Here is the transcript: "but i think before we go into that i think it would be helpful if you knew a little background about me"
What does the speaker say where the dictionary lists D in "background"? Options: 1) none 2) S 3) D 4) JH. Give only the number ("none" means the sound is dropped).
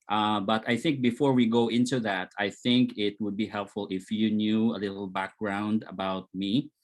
3